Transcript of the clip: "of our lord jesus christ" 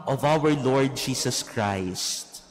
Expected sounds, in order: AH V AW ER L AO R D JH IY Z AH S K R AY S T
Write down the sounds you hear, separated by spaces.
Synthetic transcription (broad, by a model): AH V AW ER L AO R D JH IY S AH S K R AY S T